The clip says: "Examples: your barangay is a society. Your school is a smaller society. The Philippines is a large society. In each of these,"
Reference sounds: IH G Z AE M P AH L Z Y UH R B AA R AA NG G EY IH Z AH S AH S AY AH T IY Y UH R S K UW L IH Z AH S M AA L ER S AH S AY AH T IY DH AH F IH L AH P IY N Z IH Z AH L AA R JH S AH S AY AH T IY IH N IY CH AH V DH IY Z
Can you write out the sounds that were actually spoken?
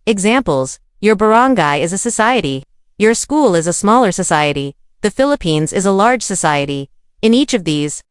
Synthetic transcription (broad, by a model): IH G Z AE M P L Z Y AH R B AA R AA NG G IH IH Z AH S AH S AY AH T IY Y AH R S K UW L IH Z AH S M AA L ER S AH S AY AH T IY DH AH F IH L AH P IY N Z IH Z AH L AA R JH S AH S AY AH T IY IH N IY CH AH V DH IY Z